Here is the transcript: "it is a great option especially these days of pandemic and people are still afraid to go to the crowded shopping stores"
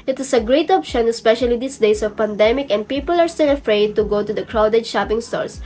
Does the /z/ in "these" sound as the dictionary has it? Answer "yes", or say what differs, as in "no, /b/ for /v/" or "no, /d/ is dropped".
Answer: no, /s/ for /z/